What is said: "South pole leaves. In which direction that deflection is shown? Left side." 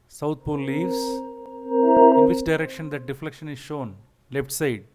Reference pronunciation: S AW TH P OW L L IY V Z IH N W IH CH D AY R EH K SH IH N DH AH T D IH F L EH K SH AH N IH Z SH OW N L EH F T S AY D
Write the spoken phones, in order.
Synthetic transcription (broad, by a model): S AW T P OW L L IY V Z IH N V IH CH D AY R EH K SH IH N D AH T D IH F L EH K SH AH N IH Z SH OW N L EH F T S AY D